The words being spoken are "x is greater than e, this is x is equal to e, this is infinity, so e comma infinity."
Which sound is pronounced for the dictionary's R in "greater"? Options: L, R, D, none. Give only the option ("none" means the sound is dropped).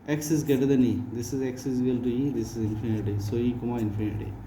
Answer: none